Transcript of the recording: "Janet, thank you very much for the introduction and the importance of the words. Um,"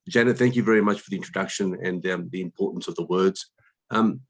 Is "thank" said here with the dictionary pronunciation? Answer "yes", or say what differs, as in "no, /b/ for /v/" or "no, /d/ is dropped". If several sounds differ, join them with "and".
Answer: yes